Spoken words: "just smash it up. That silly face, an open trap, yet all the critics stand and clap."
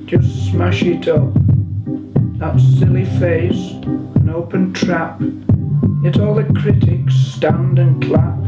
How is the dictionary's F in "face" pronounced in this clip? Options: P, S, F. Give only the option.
F